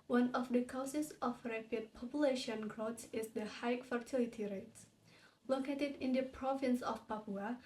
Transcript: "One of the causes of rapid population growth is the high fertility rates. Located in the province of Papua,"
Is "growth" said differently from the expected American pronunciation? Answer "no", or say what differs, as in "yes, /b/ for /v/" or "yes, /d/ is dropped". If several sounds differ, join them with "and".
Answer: yes, /s/ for /θ/